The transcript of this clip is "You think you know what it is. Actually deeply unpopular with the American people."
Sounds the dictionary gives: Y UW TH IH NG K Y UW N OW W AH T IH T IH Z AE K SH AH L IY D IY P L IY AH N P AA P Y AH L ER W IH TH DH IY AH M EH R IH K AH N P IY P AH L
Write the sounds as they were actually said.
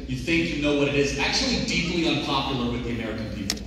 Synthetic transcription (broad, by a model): Y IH TH IH NG K Y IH N OW W AH T IH T IH Z AE K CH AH L IY D IY P L IY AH N P AA P Y L ER W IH DH IY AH M EH R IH K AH N P IY P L